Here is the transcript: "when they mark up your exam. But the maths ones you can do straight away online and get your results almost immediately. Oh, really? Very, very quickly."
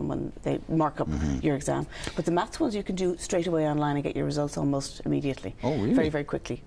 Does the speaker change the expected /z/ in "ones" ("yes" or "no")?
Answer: no